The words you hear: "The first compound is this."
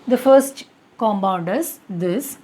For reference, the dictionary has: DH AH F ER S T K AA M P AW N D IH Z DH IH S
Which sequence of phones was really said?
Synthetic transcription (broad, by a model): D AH F ER S T K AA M B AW N D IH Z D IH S